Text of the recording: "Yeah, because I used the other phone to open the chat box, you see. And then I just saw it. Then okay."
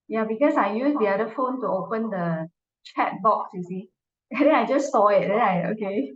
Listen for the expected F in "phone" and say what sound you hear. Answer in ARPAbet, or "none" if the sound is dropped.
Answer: F